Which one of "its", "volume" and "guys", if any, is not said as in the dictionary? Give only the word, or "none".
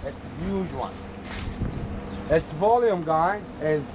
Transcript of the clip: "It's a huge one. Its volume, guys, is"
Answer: guys